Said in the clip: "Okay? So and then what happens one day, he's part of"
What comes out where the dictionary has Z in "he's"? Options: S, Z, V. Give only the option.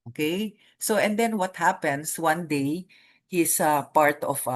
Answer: S